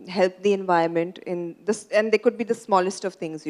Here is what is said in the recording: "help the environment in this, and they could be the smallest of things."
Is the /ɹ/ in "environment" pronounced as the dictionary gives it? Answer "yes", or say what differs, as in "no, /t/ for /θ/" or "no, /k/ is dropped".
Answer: no, /ɹ/ is dropped